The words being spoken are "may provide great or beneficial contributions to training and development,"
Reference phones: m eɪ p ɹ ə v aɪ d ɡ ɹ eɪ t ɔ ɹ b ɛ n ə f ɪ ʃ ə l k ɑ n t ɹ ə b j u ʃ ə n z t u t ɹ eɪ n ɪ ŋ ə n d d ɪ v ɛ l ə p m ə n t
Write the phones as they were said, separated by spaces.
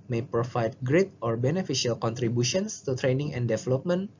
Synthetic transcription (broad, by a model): m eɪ p ɹ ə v aɪ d ɡ ɹ eɪ t ɔ ɹ b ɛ n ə f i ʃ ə l k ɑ n t ɹ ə b j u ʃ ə n s t u t ɹ eɪ n ɪ ŋ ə n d d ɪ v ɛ l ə p m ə n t